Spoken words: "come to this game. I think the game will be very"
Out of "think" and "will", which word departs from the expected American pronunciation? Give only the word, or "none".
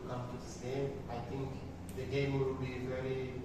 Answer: think